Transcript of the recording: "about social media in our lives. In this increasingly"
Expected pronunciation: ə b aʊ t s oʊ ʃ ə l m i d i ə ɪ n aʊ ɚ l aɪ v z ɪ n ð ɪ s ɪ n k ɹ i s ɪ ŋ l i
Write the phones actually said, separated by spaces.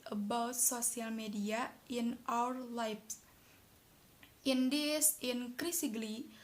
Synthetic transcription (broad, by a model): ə b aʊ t s oʊ s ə l m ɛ d i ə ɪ n aʊ ɚ l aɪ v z ɪ n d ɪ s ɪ n k ɹ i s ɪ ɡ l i